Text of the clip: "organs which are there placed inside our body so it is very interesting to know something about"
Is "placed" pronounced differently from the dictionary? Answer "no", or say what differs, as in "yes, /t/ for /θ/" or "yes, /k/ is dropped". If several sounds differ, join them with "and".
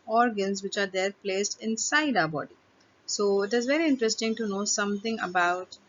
no